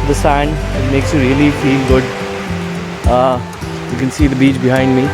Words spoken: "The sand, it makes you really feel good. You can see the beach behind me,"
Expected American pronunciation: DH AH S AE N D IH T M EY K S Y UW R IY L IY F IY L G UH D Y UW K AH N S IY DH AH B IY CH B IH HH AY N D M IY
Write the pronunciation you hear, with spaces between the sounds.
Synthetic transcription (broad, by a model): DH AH S AE N D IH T M EY K S Y UW R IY L IY F IY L G UH D Y UW K AH N S IY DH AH B IY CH B IH HH AY N D M IY